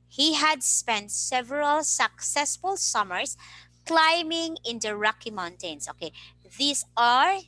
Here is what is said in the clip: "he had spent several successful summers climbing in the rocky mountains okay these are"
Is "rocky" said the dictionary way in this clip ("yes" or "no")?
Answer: yes